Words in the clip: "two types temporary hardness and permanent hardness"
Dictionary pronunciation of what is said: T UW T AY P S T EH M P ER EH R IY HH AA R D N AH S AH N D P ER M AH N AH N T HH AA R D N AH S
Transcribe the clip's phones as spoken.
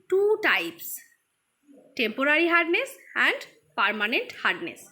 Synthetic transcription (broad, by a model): T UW T AY P S T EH M P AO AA R IY HH AA R D N AH S AH N D P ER M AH N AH N T HH AA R D N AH S